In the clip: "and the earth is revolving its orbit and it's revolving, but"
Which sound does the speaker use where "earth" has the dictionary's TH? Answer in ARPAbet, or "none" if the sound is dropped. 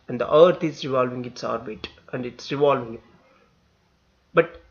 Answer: T